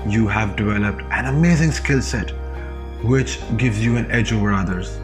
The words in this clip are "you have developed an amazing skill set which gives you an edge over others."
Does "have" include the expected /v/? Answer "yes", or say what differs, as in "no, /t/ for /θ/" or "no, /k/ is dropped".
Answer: yes